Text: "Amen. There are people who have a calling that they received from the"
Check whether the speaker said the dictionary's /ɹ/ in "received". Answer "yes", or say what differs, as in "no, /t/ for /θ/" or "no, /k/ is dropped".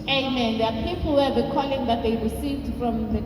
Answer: no, /w/ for /ɹ/